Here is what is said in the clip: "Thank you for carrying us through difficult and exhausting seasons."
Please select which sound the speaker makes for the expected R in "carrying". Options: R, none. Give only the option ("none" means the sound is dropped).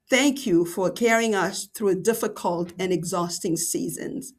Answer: R